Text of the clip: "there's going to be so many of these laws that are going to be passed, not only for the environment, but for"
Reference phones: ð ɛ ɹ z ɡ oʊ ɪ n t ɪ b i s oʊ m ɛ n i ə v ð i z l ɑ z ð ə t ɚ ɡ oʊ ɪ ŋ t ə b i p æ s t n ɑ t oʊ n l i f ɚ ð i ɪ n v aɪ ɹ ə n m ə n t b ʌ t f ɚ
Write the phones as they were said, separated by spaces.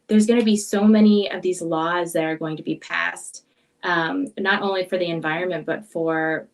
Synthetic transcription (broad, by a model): ð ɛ ɹ z ɡ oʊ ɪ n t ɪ b i s oʊ m ɛ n i ə v ð i z l ɑ z ð ə t ɚ ɡ oʊ ɪ ŋ t ə b i p æ s t n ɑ t oʊ n l i f ɚ ð i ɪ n v aɪ ɹ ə n m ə n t b ʌ t f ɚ